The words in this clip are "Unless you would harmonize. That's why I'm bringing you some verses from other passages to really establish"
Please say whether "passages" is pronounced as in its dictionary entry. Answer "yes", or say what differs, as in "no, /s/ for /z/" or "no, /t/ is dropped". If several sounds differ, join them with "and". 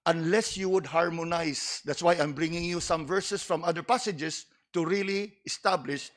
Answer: no, /s/ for /z/